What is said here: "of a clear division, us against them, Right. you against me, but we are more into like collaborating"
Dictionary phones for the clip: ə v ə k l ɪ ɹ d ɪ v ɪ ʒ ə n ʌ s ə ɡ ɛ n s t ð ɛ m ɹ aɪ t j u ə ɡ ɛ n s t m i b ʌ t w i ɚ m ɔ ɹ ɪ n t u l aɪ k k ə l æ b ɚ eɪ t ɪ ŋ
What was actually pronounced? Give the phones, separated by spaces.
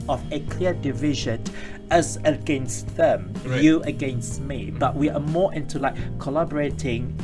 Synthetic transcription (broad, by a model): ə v ə k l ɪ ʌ d ɪ v ɪ ʒ ə n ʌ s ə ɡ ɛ n s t ð ɛ m j u ə ɡ ɛ n s t m i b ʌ t w i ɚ m ɔ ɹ ɪ n t u l aɪ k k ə l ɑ b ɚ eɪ t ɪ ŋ